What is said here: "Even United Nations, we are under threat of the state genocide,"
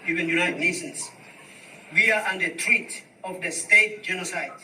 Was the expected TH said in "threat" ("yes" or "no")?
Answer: no